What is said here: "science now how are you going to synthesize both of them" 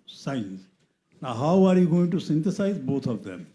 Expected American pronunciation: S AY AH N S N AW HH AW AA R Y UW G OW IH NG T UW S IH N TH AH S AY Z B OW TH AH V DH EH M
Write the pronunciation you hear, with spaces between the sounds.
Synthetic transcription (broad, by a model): S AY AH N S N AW HH AW AA R Y UW G OW IH NG T UW S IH N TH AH S AY Z B OW T AH V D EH M